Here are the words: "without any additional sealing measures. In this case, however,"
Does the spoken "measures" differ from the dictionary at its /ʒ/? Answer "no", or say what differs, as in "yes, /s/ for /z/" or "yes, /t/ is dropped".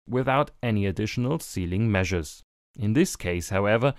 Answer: no